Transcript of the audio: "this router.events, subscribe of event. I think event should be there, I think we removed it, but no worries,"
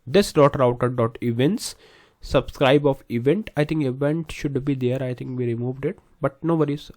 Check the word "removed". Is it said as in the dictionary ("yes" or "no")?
yes